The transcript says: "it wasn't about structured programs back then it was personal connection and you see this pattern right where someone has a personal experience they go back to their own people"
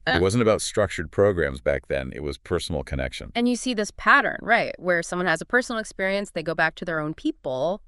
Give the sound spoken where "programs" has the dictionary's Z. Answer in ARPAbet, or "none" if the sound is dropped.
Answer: Z